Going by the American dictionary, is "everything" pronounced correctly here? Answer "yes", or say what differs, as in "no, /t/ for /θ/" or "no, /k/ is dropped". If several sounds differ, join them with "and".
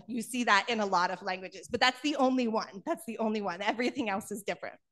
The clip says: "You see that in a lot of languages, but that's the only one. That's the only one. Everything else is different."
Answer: yes